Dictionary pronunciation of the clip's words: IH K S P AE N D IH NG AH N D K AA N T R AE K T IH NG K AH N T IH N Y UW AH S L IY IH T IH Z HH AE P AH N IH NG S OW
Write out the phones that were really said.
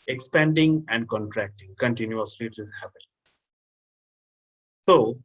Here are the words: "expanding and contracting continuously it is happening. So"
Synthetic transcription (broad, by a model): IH K S P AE N D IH NG AH N D K AA N T R AE K T IH NG K AH N T IH N Y UW AH S L IY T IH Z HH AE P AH L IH S OW